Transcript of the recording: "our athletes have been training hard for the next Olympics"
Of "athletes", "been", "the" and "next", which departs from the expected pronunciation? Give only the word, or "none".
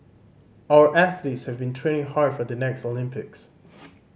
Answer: none